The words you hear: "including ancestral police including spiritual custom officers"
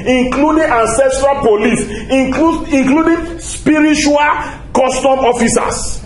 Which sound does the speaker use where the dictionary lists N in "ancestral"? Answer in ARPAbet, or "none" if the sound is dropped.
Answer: N